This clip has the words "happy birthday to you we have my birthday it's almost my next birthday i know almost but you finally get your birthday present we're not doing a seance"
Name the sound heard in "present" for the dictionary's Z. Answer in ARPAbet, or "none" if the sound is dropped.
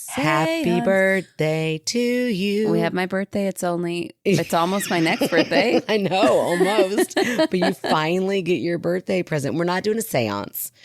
Z